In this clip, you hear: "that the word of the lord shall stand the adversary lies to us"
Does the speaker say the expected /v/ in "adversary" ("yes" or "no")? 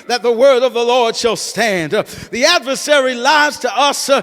yes